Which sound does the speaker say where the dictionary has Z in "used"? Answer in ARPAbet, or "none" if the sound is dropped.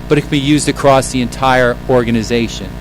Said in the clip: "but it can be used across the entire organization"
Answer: Z